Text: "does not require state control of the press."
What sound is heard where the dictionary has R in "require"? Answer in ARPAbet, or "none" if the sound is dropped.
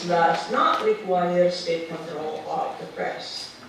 L